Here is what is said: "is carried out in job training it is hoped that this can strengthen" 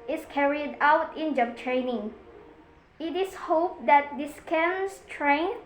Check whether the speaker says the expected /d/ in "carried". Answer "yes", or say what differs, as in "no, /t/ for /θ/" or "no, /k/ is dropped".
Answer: yes